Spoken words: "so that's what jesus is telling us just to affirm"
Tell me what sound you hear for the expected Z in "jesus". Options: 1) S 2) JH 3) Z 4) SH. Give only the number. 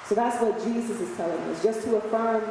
3